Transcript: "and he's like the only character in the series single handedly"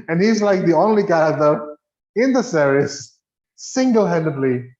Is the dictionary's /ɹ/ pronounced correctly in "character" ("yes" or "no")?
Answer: no